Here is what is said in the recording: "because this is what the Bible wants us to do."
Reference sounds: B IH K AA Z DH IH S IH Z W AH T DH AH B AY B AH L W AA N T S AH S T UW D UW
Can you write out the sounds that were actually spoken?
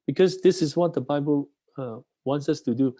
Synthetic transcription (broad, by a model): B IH K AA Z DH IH S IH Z W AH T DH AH B AY B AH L W AA N T S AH S T UW D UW